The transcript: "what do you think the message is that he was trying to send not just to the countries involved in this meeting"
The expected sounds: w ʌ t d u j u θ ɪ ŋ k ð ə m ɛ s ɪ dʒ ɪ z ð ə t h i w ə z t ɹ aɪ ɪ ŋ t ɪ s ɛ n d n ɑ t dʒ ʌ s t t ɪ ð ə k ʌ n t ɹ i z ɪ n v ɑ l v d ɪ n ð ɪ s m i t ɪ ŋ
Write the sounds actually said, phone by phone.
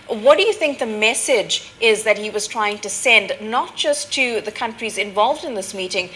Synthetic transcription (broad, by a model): w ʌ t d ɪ j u θ ɪ ŋ k ð ə m ɛ s ɪ dʒ ɪ z ð ə t h i w ə z t ɹ aɪ ɪ ŋ t ɪ s ɛ n d n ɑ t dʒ ʌ s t t ɪ ð ə k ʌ n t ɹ i z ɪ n v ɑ l v d ɪ n ð ɪ s m i t ɪ ŋ